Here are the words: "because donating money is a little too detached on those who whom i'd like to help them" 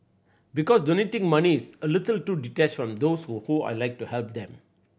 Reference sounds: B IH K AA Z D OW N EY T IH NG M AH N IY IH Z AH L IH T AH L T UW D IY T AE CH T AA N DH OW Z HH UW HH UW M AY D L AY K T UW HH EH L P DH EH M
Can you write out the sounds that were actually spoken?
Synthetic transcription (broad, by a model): B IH K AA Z D OW N EY T IH NG M AH N IY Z AH L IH T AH L T UW D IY T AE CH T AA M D OW S HH UW HH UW AY L AY K T UW HH EH L P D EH M